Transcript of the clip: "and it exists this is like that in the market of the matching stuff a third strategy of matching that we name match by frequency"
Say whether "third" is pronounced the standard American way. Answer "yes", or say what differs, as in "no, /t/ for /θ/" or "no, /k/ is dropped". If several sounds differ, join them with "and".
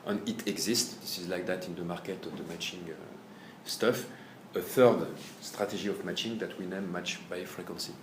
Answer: yes